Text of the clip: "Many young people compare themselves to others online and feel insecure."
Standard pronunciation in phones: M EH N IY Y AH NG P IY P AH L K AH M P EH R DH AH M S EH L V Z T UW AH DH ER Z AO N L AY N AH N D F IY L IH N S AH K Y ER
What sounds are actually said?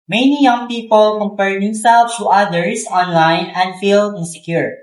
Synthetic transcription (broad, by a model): M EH N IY Y AH NG P IY P AH L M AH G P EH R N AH S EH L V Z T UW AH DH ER S AO N L AY N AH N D F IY L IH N S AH K Y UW